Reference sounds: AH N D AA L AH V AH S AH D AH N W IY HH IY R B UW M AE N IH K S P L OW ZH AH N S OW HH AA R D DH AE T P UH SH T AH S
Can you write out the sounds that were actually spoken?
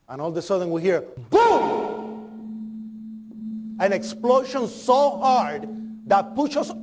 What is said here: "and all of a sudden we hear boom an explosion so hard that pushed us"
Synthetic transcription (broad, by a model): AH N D AA L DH AH S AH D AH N W IY HH IY R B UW AE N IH K S P L OW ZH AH N S OW HH AA R D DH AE T P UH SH AH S